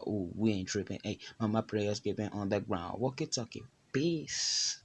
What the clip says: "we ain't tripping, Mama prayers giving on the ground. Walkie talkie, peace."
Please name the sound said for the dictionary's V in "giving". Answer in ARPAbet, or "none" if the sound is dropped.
P